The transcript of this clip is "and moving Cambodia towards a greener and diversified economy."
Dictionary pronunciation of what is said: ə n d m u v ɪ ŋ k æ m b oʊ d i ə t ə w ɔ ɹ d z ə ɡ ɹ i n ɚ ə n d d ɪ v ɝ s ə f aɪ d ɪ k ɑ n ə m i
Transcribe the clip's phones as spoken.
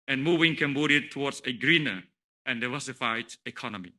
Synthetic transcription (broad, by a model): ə n m u v ɪ ŋ k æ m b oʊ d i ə t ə w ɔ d s ə ɡ ɹ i n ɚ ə n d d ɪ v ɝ s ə f aɪ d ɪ k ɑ n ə m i